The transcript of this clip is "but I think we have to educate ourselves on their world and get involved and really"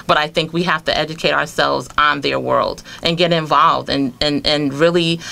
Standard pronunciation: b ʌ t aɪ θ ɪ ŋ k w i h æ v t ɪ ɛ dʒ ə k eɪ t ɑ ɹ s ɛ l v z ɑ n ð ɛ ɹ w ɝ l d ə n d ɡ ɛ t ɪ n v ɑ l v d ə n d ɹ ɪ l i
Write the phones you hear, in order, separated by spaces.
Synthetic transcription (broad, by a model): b ʌ t aɪ θ ɪ ŋ k w i h æ f t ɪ ɛ dʒ ə k eɪ t ɑ ɹ s ɛ l v z n ð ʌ ɹ w ɝ l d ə n ɡ ɛ t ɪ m v ɑ l v d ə n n ɹ ɪ l i